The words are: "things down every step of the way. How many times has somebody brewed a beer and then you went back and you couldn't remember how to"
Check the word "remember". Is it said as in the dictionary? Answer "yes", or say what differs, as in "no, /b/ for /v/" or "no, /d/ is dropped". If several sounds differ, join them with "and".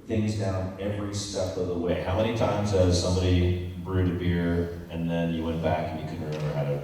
no, /b/ is dropped